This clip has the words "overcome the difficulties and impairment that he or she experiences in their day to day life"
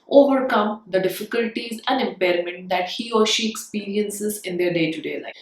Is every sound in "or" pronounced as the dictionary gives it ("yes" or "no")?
yes